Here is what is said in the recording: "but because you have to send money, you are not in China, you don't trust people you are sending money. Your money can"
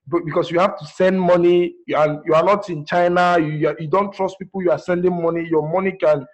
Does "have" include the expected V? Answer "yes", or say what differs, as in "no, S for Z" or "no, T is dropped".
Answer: no, F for V